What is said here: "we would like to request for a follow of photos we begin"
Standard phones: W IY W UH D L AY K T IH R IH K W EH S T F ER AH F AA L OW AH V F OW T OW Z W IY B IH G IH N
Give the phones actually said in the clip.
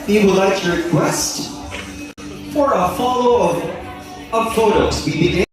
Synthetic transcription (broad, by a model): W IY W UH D L AY K T IH R IH K W EH S T F ER AH F AA L OW AH V P OW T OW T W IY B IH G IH